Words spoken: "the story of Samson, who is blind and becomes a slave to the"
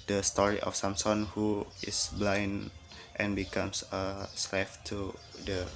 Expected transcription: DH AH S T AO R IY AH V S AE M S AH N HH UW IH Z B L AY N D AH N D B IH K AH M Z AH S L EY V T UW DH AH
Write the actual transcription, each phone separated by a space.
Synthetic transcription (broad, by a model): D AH S T AO R IY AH F S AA M S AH N HH UW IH S B L AY N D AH N B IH K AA M S AH S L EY F T UW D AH